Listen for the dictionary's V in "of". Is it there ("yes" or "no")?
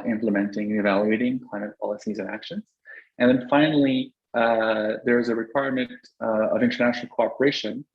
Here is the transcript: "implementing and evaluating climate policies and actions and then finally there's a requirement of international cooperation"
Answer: yes